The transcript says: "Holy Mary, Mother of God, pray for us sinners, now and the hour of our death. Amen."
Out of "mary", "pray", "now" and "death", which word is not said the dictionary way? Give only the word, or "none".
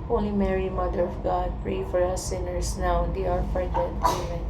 death